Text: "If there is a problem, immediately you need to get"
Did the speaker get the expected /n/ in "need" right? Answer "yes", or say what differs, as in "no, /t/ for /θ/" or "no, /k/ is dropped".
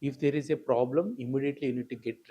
yes